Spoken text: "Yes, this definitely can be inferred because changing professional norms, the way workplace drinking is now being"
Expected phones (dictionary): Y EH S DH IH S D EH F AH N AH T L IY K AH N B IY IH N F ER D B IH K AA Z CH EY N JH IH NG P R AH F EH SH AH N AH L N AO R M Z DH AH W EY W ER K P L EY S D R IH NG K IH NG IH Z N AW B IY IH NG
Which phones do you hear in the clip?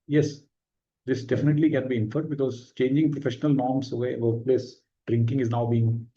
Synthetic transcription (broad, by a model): Y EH S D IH S D EH F AH N AH T L IY K AH N B IY IH N F ER D B IH K AA Z CH EY N JH IH NG P R AH F EH SH AH N AH L N AO R M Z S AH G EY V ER P L EY S D R IH NG K IH NG IH Z N AW B IY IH NG